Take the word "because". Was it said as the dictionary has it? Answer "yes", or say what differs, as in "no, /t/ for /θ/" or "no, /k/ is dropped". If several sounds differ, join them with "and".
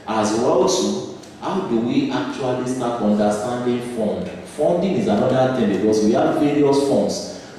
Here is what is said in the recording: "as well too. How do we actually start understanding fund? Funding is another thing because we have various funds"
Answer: no, /s/ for /z/